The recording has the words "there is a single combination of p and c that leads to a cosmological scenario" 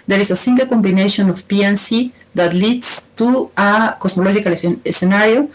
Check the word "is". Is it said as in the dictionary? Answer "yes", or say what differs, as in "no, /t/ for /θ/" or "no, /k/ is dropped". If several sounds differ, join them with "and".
no, /s/ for /z/